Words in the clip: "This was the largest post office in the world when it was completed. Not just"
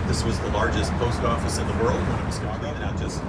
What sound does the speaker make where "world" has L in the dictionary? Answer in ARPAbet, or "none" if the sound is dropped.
L